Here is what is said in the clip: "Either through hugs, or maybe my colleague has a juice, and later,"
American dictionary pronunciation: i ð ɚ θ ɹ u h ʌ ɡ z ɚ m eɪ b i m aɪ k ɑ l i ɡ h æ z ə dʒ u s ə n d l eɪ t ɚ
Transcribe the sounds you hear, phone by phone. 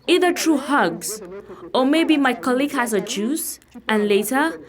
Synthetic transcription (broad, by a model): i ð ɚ t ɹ u h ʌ ɡ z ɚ m eɪ b i m aɪ k ɑ l i ɡ h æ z ə dʒ u s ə n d l eɪ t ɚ